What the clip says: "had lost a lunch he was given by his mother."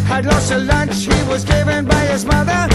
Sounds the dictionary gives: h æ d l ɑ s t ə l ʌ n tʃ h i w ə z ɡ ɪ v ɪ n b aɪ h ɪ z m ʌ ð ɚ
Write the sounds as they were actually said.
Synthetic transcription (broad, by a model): h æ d l ɑ s t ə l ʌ n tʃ h i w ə z ɡ ɪ v ɪ n b aɪ h ɪ z m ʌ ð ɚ